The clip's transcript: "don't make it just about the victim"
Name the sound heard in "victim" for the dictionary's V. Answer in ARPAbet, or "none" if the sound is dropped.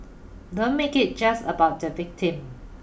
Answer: V